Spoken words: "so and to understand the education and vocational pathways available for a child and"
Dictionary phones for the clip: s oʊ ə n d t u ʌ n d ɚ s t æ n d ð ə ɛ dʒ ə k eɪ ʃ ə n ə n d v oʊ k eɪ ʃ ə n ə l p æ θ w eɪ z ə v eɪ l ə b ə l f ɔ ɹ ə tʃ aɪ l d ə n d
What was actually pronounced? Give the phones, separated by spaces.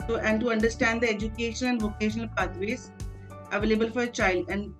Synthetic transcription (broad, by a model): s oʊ ə n d t u ʌ n d ɚ s t æ n d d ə ɛ dʒ ə k eɪ ʃ ə n ə n d v oʊ k eɪ ʃ ə n ə l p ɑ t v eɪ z ə v eɪ l ə b ə l f ɔ ɹ ə tʃ aɪ l d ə n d